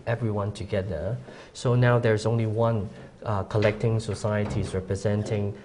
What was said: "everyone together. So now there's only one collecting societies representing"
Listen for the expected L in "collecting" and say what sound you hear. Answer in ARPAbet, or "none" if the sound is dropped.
L